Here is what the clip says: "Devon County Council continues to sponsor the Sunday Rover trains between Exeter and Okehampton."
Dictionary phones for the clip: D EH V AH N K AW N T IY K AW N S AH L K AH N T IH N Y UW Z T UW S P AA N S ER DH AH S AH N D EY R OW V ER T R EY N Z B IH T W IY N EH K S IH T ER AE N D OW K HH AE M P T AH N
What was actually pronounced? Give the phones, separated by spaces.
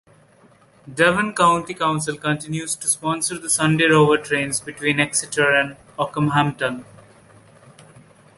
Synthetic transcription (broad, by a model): D EH V AH N K AW N T IY K AW N S AH L K AH N T IH N Y UW Z T UW S P AA N S ER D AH S AH N D EY R OW V ER T R EY N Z B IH T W IY N EH K S IH T ER AE N D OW K HH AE M T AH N